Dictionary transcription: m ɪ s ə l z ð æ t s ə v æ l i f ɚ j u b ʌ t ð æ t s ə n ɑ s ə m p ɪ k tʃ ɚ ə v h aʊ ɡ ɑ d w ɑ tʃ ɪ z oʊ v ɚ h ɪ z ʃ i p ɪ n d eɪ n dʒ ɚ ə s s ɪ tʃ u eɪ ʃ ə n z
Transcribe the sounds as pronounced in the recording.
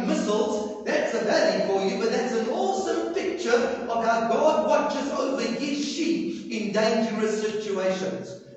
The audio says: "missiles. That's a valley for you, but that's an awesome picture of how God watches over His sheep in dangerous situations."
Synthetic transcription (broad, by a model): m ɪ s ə l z ð æ t s ə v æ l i f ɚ j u b ʌ t ð æ t s ə n ɑ s ə m p ɪ k tʃ ɚ ə v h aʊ ɡ ɑ d w ɑ tʃ ɪ z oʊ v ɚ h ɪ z ʃ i ɪ n d eɪ n dʒ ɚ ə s s ɪ tʃ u eɪ ʃ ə n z